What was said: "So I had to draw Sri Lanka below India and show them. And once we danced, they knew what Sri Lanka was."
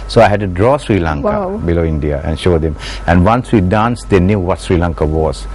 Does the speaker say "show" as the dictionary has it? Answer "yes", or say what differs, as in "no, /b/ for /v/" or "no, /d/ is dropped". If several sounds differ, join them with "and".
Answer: yes